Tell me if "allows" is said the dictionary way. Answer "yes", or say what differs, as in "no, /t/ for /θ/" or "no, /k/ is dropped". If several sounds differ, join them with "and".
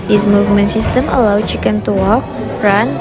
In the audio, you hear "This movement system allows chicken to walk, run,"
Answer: no, /z/ is dropped